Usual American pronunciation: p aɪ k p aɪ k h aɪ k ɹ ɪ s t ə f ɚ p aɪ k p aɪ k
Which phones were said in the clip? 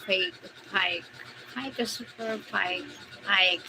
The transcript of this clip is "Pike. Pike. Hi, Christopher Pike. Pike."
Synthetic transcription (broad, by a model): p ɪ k p aɪ k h aɪ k ɪ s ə p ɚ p aɪ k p aɪ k